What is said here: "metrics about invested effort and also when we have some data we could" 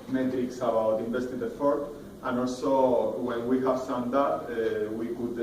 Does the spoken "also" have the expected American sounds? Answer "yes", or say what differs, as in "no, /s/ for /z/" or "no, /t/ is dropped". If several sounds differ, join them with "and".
yes